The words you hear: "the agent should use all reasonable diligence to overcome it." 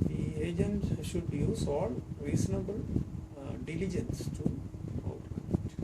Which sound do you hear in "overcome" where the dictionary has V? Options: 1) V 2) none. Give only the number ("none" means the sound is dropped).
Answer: 2